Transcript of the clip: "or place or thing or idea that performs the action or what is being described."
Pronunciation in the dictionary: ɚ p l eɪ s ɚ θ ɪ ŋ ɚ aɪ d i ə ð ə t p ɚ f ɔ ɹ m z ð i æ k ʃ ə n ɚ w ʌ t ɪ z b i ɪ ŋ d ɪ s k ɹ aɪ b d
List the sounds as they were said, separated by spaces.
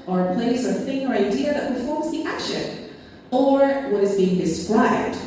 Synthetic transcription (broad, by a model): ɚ p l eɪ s ɚ θ ɪ ŋ ɚ aɪ d i ə ð ə t p ɚ f ɔ ɹ m z ð i æ k ʃ ə n ɚ w ʌ t ɪ z b i ɪ ŋ d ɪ s k ɹ aɪ b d